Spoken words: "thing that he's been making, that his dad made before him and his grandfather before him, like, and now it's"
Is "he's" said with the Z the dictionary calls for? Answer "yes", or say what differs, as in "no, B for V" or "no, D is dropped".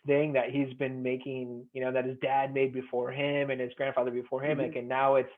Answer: yes